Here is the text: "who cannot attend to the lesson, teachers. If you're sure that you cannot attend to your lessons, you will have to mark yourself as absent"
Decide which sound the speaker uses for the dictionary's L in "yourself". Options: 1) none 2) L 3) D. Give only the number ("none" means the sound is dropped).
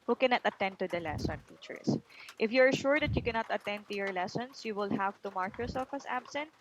1